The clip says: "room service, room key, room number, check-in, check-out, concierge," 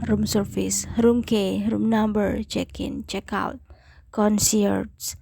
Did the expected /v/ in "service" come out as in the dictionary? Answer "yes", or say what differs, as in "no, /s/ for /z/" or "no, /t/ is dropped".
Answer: no, /f/ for /v/